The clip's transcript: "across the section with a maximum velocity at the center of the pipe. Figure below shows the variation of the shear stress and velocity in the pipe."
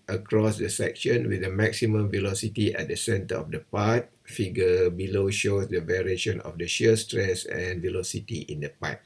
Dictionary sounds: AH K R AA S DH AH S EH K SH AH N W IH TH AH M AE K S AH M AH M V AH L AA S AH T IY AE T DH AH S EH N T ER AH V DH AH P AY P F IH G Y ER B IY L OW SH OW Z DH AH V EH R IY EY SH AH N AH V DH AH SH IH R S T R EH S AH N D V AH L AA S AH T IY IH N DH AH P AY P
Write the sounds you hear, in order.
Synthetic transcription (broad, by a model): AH K R AA S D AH S EH K SH AH N W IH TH AH M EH K S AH M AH M V AH L AA S AH T IY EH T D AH S EH N T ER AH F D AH P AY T F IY G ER B IY L OW SH OW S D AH V EH R IY EY SH AH N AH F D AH SH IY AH S T R EH S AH N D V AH L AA S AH T IY IH N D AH P AY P